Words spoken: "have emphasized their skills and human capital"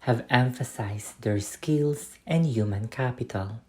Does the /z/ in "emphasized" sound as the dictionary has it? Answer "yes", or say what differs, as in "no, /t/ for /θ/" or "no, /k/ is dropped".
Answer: no, /s/ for /z/